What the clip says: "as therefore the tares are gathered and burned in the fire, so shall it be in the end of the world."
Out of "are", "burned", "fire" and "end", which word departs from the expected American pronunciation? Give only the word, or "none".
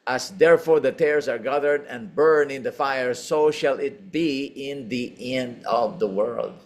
burned